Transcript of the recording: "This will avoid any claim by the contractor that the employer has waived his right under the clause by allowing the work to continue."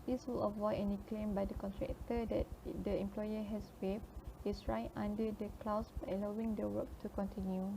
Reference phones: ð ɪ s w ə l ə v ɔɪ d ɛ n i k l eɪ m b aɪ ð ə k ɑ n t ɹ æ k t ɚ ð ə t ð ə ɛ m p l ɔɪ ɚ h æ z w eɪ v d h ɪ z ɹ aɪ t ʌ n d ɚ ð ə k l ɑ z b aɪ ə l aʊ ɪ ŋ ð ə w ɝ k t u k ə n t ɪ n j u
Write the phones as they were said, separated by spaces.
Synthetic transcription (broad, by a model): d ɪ s w ə l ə v ɔɪ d ɛ n i k l eɪ m b aɪ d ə k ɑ n t ɹ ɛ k t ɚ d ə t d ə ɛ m p l ɔɪ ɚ h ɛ s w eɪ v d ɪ s ɹ aɪ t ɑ n d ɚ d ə k l ɑ s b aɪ ə l aʊ ɪ ŋ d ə w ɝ k t u k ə n t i n j u